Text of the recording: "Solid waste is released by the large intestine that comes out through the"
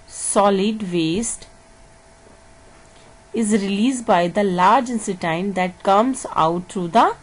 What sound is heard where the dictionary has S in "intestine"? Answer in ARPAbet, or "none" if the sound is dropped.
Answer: none